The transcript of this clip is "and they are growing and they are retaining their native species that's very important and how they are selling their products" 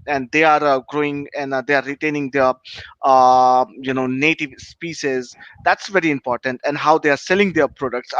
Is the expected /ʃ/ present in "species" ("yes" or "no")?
no